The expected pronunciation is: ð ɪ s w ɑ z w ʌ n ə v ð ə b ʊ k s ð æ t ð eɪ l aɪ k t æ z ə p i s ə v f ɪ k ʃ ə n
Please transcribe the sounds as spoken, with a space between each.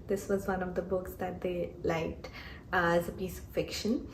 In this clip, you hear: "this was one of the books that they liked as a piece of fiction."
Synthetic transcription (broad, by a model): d ɪ s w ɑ z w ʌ n ə v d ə b ʊ k s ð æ t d eɪ l aɪ k t æ z ə p i s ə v f ɪ k ʃ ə n